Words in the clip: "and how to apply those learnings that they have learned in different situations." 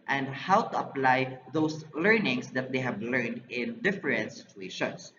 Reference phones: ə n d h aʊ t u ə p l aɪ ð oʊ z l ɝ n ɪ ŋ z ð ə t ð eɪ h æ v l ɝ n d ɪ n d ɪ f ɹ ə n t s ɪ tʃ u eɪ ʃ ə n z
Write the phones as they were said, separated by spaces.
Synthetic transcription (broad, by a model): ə n d h aʊ t u ə p l aɪ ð oʊ s l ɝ n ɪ ŋ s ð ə t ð eɪ h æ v l ɝ n d ɪ n d ɪ f ɹ ə n t s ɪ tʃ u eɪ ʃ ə n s